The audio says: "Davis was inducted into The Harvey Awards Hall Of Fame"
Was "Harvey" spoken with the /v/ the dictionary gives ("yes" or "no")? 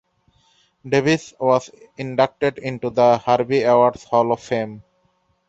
no